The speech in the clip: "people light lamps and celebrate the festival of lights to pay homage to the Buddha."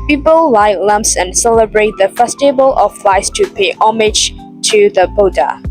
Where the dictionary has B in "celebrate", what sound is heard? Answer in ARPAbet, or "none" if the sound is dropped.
B